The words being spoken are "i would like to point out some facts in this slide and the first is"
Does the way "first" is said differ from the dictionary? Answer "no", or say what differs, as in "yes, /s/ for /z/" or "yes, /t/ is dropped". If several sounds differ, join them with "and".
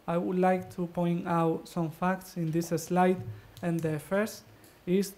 no